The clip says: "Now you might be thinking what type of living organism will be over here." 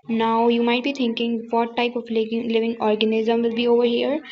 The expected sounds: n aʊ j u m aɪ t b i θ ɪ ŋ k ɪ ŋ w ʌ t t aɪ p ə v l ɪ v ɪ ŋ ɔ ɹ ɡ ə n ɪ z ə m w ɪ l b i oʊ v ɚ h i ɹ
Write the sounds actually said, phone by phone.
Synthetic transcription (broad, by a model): n aʊ j u m aɪ t b i t ɪ ŋ k ɪ ŋ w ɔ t t aɪ p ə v l ɪ v ɪ ŋ ɔ ɹ ɡ ə n ɪ z ə m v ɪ l b i oʊ v ɚ h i ɹ